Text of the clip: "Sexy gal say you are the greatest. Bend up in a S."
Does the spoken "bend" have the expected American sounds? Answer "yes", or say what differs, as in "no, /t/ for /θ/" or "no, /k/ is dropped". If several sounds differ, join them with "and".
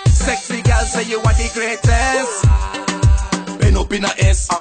no, /d/ is dropped